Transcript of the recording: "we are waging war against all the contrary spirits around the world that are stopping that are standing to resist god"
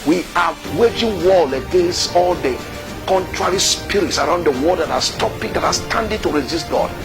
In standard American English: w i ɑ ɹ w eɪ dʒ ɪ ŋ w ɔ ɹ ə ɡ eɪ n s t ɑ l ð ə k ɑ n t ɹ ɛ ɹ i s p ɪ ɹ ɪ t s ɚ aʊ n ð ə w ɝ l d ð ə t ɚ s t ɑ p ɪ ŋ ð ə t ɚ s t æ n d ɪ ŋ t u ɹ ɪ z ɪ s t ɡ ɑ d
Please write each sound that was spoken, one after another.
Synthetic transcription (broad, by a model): w i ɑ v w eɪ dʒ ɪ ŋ w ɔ l ə ɡ eɪ n s t ɑ l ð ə k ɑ n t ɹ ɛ ɹ i s p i ɹ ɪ t s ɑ aʊ n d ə w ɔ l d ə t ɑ s t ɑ p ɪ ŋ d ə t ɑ s t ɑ n d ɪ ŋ t u ɹ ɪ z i s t ɡ ɑ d